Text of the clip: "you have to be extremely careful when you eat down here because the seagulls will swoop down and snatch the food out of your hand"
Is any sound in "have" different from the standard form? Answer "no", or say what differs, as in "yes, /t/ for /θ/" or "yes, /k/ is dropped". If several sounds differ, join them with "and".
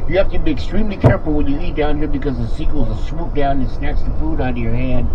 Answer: yes, /f/ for /v/